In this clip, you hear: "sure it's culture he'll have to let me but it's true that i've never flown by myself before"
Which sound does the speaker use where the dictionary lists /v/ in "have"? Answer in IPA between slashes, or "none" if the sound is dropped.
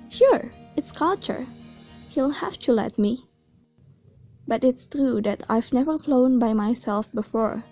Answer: /f/